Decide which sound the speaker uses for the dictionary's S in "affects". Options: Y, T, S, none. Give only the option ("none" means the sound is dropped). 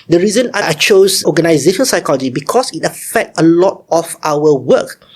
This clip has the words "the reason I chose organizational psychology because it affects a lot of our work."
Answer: none